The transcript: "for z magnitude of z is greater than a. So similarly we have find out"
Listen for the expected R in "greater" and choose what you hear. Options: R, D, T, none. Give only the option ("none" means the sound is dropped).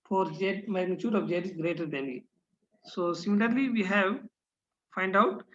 R